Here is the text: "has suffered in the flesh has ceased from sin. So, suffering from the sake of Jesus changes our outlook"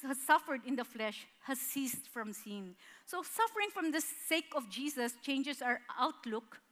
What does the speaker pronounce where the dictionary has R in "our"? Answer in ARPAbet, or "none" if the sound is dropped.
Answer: R